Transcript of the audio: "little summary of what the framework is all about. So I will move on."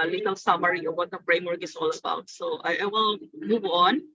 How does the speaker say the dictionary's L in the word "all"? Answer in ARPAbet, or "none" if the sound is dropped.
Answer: L